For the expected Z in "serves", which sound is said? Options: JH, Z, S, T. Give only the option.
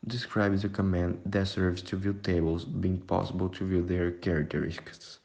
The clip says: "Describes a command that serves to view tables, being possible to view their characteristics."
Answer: S